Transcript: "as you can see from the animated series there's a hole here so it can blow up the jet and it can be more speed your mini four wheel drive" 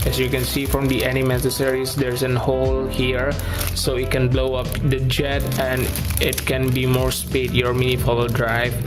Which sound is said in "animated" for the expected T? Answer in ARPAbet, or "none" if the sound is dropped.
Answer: S